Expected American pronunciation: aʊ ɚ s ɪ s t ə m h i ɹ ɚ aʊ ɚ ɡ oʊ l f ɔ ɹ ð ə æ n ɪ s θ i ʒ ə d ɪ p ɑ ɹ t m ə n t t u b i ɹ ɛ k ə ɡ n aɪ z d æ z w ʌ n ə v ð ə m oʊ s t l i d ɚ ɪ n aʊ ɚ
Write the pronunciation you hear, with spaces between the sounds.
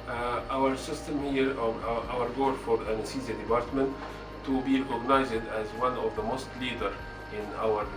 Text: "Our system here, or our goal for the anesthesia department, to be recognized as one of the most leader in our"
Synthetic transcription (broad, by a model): aʊ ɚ s ɪ s t ə m h i ɹ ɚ aʊ ɚ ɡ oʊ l f ɔ ɹ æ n s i z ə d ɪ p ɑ ɹ t m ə n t t u b i ɹ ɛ k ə ɡ n aɪ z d æ z w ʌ n ə v ð ə m oʊ s t l i d ɚ ɪ n aʊ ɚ